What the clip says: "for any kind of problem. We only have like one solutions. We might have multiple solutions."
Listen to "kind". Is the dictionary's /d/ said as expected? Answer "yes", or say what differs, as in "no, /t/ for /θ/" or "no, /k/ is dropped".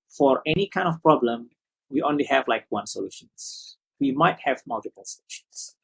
yes